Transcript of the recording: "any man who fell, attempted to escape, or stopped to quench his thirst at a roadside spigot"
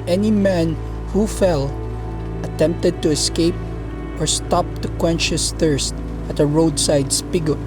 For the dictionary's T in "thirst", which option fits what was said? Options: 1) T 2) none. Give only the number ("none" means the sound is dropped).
1